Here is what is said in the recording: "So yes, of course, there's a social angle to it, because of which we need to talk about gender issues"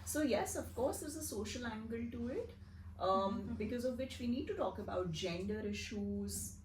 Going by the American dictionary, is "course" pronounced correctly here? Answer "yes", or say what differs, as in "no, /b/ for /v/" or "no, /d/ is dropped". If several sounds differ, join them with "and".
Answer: yes